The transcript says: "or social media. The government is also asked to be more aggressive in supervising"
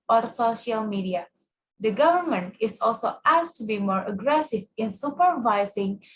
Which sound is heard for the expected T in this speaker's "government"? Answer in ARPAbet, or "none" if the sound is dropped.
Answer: T